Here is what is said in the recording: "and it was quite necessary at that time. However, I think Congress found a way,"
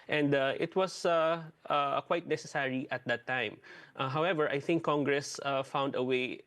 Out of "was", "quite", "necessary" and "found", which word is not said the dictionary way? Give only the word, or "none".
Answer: was